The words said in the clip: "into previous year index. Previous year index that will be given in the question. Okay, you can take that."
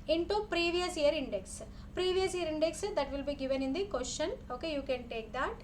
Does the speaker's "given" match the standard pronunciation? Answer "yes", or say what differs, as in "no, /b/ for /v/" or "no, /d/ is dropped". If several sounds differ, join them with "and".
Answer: yes